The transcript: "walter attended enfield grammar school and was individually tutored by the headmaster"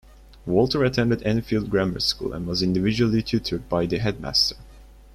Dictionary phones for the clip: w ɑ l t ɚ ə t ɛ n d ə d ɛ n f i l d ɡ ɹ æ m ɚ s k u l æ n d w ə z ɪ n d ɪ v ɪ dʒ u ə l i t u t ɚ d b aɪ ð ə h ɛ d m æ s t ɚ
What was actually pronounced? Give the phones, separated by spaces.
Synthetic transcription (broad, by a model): w ɑ l t ɚ ə t ɛ n d ə d ɛ n f i l d ɡ ɹ æ m ɚ s k u l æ n w ə z ɪ n d ɪ v ɪ dʒ u ə l i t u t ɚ d b aɪ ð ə h ɛ d m æ s t ɚ